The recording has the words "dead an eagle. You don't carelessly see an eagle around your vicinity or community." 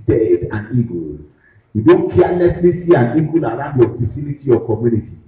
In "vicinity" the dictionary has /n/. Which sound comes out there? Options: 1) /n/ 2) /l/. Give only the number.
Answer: 2